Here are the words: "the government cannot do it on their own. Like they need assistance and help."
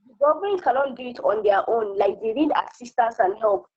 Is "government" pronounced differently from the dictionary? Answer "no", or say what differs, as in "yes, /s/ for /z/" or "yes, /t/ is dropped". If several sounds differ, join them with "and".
yes, /m/ is dropped